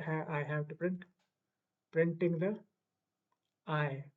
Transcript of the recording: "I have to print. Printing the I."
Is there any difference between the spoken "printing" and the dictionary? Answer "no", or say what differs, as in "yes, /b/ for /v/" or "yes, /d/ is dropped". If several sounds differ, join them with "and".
no